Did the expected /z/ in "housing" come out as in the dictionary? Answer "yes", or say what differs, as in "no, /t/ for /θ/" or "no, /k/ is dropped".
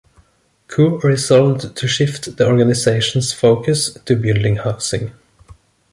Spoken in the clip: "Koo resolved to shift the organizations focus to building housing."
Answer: no, /s/ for /z/